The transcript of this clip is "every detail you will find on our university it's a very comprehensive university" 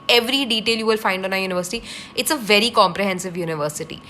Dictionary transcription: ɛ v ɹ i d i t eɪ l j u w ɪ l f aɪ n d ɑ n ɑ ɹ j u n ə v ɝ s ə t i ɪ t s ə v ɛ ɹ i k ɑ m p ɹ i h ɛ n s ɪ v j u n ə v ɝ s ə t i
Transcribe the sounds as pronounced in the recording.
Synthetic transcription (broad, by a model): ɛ v ɹ i d i t eɪ l j u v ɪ l f aɪ n d ɑ n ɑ j u n ə v ɝ s ə t i ɪ t s ə v ɛ ɹ i k ɑ m p ɹ i h ɛ n s ɪ v j u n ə v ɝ s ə t i